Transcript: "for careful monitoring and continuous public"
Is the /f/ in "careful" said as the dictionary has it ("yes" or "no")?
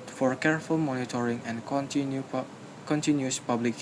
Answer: yes